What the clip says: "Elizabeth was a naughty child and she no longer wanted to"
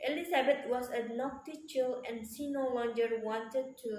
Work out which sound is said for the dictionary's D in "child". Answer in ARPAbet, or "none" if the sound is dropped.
none